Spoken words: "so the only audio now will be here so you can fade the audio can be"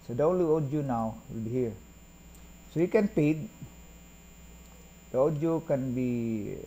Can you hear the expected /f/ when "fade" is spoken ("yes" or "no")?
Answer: no